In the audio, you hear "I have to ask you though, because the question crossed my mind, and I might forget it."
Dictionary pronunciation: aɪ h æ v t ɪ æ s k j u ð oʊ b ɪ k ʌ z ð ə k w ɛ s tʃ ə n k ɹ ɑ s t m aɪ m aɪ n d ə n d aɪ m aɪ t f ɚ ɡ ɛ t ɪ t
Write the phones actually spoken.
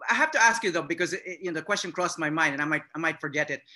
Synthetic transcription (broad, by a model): aɪ h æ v t ɪ æ s k j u ð oʊ b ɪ k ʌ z ð ə k w ɛ s tʃ ə n k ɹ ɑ s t m aɪ m aɪ n d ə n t aɪ m aɪ t f ɚ ɡ ɛ t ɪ t